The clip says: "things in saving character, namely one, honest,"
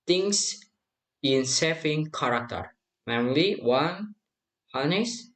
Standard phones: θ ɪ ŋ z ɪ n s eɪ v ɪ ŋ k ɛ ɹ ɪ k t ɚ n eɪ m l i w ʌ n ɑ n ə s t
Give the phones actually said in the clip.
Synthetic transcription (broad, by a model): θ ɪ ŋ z ɪ n s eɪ f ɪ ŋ k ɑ ɹ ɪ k t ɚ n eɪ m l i w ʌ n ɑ n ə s